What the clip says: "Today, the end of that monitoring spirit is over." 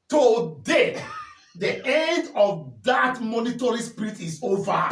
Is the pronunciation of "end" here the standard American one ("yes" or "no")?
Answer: yes